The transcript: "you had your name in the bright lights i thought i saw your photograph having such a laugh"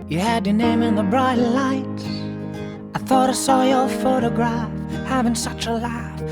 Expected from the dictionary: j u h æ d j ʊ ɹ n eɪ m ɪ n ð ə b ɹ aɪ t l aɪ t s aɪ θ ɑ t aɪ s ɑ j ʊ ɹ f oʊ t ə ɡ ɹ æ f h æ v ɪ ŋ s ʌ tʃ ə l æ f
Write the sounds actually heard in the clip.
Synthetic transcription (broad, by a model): j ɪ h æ d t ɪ n eɪ m ɪ n ð ə b ɹ aɪ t l aɪ t aɪ θ ɑ t aɪ s ɑ j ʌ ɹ f oʊ t ə ɡ ɹ æ f h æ v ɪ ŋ s ʌ tʃ ə l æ f